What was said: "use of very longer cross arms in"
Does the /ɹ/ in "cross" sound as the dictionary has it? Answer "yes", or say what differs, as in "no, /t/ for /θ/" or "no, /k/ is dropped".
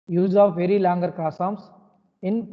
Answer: no, /ɹ/ is dropped